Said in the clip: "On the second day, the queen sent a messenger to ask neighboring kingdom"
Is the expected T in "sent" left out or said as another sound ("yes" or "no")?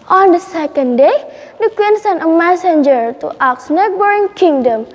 yes